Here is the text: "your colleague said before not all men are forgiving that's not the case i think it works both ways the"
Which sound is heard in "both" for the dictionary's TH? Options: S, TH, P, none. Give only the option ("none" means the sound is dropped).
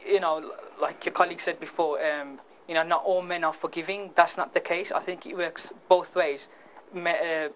TH